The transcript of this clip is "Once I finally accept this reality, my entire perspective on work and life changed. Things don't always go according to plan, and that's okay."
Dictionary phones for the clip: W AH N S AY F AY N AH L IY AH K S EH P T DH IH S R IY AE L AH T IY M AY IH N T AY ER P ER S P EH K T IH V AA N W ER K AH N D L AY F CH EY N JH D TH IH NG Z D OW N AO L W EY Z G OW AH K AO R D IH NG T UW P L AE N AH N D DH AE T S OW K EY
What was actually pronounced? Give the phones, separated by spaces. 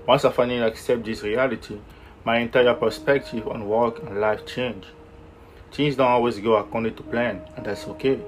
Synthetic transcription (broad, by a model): W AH N S AY F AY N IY AH K S EH P T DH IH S R IY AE L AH T IY M AY IH N T AY ER P ER S P EH K T IH V AA N W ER K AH N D L AY F CH EY N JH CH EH Z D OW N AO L W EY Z G OW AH K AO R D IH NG T UW P L AE N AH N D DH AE T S OW K EY